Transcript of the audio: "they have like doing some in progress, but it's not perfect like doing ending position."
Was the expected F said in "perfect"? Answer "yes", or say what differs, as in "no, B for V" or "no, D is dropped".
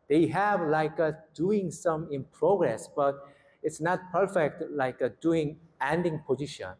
yes